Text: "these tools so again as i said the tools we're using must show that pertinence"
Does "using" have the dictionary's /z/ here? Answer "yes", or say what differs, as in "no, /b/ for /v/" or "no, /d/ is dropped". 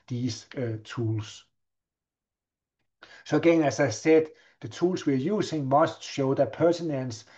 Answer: no, /s/ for /z/